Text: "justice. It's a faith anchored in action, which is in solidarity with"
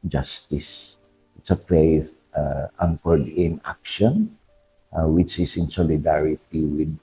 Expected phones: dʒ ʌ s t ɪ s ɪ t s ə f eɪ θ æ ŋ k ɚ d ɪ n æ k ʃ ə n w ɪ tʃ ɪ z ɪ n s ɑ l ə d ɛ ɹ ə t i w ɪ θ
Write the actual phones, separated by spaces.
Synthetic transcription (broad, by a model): dʒ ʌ s t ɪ s ɪ t s ə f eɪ s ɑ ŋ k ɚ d ɪ n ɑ k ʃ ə n w ɪ tʃ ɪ s ɪ n s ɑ l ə d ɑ ɹ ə t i w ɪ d